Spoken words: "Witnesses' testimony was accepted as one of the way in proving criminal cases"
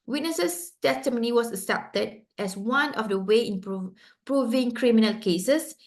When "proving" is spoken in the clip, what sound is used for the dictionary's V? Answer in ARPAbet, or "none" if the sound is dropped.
V